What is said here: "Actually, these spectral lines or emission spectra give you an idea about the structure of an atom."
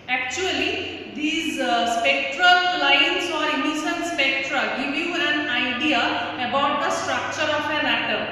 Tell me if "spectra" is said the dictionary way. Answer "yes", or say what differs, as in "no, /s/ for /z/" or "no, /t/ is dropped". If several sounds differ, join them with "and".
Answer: yes